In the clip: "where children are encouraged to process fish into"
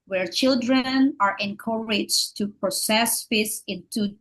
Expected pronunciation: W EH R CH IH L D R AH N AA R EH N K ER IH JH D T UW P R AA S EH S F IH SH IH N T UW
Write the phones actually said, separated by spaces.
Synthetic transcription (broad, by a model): W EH R CH IH L D R AH N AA R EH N K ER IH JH T UW P R AA S EH S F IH S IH N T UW